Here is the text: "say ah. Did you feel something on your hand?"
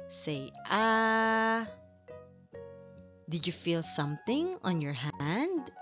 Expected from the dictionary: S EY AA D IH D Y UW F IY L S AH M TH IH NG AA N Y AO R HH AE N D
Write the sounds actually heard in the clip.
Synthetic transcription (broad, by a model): S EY AA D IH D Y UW F IY L S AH M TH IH NG AA N Y AO R HH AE N D